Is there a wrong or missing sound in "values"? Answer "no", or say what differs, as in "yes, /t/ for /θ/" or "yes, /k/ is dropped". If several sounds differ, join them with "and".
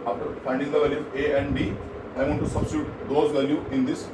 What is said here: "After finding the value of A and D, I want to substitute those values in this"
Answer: yes, /z/ is dropped